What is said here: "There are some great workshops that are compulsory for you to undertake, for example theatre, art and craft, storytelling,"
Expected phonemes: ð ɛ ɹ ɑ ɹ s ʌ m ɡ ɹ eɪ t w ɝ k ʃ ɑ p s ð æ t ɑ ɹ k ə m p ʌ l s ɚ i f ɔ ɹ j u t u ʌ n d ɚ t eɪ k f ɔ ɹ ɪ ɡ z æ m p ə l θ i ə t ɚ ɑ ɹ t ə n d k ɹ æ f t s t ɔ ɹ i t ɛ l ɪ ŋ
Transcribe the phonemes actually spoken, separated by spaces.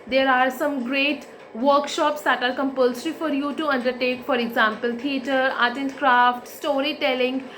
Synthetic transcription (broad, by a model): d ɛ ɹ ɑ ɹ s ʌ m ɡ ɹ eɪ t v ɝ k ʃ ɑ p s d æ t ɑ ɹ k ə m p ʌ l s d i f ɔ ɹ j u t u ʌ n d ɚ t eɪ k f ɔ ɹ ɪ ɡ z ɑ m p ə l t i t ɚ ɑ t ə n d k ɹ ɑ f t s t ɔ ɹ i t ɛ l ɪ ŋ